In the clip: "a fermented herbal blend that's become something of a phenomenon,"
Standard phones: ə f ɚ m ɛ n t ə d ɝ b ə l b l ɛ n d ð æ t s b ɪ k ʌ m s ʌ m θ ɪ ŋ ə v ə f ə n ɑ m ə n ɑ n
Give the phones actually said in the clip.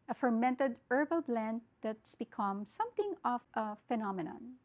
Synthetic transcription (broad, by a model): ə f ɚ m ɛ n t ə d ɝ b ə l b l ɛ n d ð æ t s b ɪ k ʌ m s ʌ m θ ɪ ŋ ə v ə f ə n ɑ m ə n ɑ n